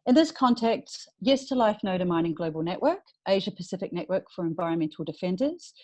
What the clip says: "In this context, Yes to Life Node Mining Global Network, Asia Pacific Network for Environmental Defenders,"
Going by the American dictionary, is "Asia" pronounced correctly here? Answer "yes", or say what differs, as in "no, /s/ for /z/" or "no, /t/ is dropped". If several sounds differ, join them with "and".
yes